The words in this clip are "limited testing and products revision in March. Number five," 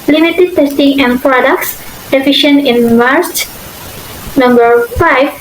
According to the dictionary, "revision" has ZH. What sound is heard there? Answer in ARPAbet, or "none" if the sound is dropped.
SH